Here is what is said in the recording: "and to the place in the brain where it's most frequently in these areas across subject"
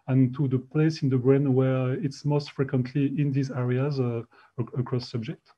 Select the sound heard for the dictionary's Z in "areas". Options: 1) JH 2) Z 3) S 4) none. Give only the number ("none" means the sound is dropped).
2